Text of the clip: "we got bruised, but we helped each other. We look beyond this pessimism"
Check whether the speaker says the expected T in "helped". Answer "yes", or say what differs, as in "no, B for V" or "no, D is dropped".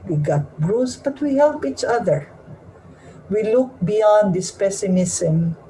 no, T is dropped